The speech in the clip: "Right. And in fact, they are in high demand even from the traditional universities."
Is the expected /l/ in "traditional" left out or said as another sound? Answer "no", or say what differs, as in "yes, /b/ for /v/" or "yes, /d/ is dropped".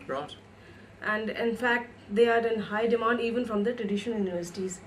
yes, /n/ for /l/